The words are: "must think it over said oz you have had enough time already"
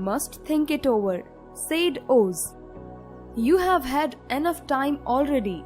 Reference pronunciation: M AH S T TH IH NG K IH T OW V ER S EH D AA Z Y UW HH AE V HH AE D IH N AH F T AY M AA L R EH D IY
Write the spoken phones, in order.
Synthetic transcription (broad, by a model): M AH S T T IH NG K IH T OW V ER S EH D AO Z Y UW HH AE V HH AE D IH N AH F T AY M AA L R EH D IY